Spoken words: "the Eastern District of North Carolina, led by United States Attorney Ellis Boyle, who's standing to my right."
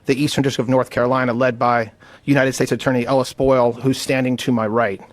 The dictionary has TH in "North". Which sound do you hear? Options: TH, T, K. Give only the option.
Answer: TH